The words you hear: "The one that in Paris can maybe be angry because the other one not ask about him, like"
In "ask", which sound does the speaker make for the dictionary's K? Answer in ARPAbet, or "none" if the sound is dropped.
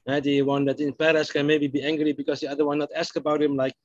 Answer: K